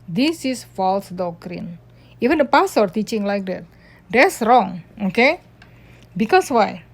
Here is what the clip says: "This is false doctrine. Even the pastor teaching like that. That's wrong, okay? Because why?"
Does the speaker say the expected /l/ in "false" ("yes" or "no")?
yes